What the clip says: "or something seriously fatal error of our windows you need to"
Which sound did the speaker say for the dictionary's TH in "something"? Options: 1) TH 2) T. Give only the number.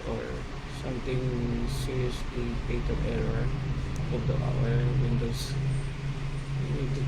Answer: 2